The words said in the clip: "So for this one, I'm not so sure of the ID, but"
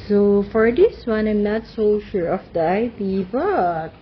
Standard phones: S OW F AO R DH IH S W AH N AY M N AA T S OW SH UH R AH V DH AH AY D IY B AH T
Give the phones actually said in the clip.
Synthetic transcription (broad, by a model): S OW F AO R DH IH S W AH N AY M N AA T S OW SH UH R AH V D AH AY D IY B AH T